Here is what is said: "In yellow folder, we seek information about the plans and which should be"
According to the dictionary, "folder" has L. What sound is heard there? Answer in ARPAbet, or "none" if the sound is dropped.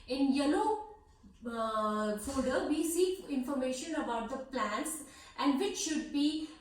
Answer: none